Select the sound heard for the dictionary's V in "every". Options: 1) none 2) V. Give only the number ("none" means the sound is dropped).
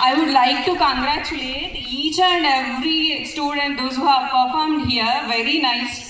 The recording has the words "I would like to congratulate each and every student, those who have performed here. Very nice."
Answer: 1